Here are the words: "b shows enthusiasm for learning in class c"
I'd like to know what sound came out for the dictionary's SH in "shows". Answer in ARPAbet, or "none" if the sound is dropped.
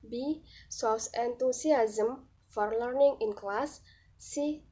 S